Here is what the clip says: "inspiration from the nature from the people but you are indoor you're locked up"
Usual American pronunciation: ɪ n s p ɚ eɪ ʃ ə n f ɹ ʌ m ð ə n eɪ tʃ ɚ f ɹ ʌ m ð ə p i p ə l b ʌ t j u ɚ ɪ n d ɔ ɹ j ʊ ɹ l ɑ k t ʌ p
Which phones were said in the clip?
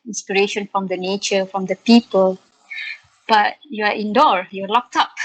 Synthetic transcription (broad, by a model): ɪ n s p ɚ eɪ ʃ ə n f ɹ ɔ m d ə n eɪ tʃ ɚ f ɹ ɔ m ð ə p i p ə l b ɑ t j u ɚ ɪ n d ɔ ɹ j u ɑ l ɑ k t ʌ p